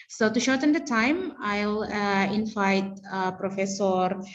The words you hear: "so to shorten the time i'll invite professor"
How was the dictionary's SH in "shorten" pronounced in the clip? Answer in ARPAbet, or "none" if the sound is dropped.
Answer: SH